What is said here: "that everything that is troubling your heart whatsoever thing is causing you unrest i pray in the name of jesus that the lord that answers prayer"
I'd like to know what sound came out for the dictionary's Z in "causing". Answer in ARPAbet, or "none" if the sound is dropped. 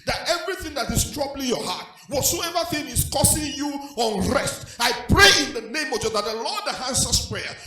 S